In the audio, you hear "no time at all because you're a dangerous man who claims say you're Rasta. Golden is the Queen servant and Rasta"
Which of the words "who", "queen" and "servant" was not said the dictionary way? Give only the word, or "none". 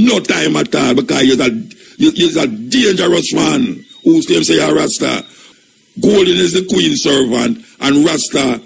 none